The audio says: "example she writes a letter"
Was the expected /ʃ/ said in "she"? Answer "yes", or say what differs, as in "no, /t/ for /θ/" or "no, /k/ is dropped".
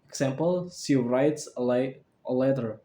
no, /s/ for /ʃ/